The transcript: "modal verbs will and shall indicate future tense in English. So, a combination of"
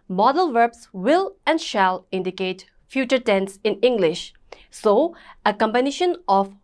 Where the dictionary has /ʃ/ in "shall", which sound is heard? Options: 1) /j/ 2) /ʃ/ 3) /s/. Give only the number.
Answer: 2